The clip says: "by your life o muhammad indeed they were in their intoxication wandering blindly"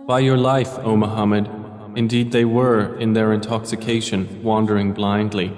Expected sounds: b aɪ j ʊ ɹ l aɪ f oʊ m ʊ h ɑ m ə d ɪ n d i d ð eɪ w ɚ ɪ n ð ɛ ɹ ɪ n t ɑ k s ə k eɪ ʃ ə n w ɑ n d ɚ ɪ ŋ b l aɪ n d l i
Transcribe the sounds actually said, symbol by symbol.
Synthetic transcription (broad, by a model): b aɪ j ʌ ɹ l aɪ f oʊ m ʊ h ɑ m ə d ɪ n d i d ð eɪ w ɚ ɪ n ð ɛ ɹ ɪ n t ɑ k s ə k eɪ ʃ ə n w ɑ n d ɚ ɪ ŋ b l aɪ n d l i